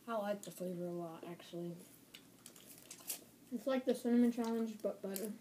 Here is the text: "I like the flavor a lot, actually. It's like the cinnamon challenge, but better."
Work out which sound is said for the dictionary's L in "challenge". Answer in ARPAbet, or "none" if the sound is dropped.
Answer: L